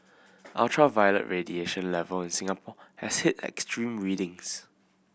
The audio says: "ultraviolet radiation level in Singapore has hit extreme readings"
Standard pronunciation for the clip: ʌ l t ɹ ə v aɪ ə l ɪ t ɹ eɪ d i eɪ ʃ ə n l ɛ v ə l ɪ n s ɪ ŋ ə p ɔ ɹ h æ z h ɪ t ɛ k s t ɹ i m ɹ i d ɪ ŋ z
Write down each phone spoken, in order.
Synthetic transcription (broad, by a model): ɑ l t ɹ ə v aɪ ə l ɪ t ɹ eɪ d i eɪ ʃ ə n l ɛ v ə l ɪ n s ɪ ŋ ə p ɔ h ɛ s h ɪ t ɛ k s t ɹ i m ɹ i d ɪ ŋ s